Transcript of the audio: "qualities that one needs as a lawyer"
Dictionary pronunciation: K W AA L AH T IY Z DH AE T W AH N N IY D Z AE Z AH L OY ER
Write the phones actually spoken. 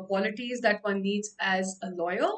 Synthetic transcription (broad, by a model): K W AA L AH T IY Z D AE T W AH N L IY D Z AE Z AH L OY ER